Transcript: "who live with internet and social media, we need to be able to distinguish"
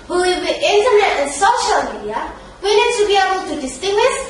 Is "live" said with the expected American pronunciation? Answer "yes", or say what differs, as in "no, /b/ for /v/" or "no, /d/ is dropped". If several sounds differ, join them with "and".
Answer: no, /w/ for /l/